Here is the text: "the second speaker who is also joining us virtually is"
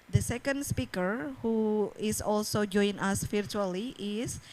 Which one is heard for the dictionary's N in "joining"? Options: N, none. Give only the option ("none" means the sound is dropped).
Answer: none